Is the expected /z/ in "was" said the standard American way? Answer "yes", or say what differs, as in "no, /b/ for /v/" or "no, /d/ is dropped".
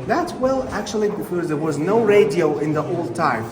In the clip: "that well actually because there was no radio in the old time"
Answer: yes